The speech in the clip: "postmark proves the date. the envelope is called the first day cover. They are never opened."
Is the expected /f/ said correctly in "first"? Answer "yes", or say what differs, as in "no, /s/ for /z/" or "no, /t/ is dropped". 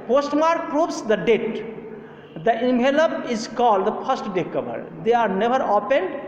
no, /p/ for /f/